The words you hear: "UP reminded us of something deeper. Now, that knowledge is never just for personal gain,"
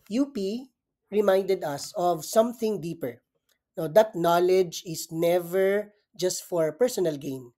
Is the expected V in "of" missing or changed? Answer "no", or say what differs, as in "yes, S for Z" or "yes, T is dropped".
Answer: no